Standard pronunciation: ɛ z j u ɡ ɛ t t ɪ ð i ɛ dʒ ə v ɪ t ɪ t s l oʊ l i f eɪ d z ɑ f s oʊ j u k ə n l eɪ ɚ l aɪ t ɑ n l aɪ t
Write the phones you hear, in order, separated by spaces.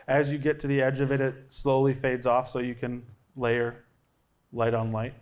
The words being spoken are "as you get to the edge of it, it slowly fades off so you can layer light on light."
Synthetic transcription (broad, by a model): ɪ z j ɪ ɡ ɛ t t ɪ ð i ɛ dʒ ə v ɪ t ɪ t s l oʊ l i f eɪ d z ɑ f s oʊ j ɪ k ə n l eɪ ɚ l aɪ t n l aɪ t